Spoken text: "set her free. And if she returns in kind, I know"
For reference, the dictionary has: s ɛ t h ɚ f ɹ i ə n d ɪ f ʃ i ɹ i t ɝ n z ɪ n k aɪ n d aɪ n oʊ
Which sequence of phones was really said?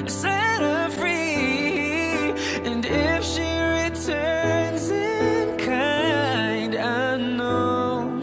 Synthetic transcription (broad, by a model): s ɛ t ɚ f ɹ i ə n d ɪ f ʃ i ɹ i t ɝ n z ɪ n k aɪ n d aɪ n oʊ